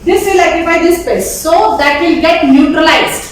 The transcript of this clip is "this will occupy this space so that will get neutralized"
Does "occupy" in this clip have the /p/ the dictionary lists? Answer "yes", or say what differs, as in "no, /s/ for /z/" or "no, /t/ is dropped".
no, /b/ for /p/